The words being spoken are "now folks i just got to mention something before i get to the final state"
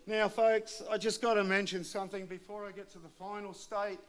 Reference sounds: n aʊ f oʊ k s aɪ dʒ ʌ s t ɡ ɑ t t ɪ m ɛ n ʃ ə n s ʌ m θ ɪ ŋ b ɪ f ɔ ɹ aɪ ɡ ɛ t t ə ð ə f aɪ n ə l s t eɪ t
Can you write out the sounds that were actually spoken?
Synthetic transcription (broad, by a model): n aʊ f oʊ k s aɪ dʒ ʌ s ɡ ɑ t t ɪ m ɛ n ʃ ə n s ʌ m θ ɪ ŋ b ɪ f ɔ ɹ aɪ ɡ ɛ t t ə ð ə f aɪ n l s t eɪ t